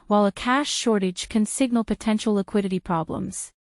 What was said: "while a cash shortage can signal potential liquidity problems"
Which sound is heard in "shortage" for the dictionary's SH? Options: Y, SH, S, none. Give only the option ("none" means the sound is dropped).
SH